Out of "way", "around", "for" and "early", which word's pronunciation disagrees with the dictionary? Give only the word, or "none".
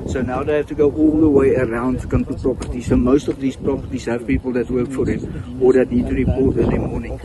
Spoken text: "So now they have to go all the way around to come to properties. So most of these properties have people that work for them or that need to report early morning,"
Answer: early